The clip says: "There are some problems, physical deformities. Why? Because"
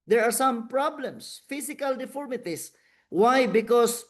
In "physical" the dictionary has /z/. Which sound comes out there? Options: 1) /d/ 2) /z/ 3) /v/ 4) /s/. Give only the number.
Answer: 4